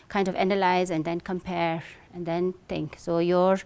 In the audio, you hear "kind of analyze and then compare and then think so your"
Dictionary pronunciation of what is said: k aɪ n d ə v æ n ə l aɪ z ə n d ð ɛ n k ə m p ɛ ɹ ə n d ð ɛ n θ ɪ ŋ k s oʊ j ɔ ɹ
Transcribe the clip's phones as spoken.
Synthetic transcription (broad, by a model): k aɪ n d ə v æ n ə l aɪ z ə n d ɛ n k ə m p ɛ ɹ ə n d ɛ n t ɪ ŋ k s oʊ j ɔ ɹ